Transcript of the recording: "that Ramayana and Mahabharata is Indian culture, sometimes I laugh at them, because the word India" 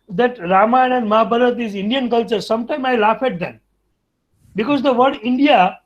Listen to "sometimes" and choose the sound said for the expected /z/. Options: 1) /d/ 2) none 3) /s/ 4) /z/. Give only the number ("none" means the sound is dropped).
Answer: 2